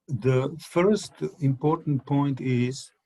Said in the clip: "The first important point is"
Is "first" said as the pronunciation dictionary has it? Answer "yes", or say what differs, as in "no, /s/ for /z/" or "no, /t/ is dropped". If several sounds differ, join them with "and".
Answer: yes